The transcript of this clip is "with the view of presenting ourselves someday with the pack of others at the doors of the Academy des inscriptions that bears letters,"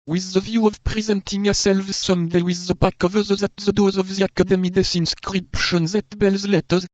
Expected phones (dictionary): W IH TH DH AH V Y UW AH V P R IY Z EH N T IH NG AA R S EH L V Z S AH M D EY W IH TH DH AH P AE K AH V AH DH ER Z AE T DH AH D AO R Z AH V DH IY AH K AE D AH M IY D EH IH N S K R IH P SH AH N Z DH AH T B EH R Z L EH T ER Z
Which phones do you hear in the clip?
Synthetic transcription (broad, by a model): W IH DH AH V Y UW AH V P R IY Z EH N T IH NG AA S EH L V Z S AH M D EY W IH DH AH B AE K AH V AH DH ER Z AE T DH AH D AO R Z AH V DH IY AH K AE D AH M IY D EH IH N S K R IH P SH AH N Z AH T B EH L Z L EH T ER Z